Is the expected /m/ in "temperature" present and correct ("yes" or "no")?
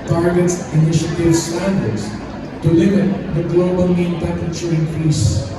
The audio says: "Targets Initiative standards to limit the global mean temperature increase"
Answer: no